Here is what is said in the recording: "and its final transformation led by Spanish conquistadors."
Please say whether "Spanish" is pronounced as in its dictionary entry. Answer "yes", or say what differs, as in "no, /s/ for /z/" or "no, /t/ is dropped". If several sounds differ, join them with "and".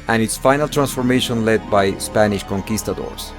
yes